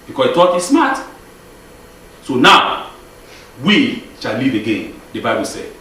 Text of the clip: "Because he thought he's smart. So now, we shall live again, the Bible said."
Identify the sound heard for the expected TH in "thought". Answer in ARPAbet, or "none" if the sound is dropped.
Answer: T